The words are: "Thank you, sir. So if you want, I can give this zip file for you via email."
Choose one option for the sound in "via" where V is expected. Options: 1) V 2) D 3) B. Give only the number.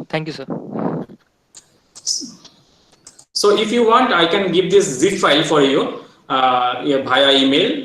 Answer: 3